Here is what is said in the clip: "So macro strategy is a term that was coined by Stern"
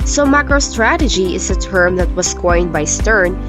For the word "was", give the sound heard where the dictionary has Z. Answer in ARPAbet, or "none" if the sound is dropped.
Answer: S